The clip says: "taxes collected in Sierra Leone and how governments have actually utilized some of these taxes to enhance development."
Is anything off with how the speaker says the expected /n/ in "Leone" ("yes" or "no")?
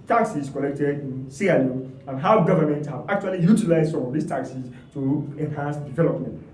yes